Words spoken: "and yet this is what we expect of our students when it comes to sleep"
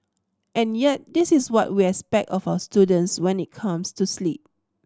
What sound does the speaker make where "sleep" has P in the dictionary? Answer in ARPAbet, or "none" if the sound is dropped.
P